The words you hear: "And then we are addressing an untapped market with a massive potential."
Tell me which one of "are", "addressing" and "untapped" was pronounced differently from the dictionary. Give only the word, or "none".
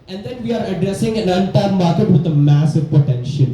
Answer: untapped